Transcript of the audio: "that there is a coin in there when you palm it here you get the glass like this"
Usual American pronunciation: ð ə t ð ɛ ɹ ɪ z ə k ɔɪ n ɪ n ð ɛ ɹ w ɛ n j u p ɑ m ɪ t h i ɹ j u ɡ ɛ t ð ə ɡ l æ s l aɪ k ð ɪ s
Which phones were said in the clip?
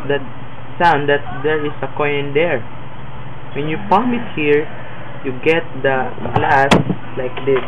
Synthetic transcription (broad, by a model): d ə t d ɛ ɹ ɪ s ə k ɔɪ ɪ n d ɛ ɹ w ɛ n j u p ɑ m ɪ t h i ɹ j u ɡ ɛ t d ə ɡ l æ s l aɪ k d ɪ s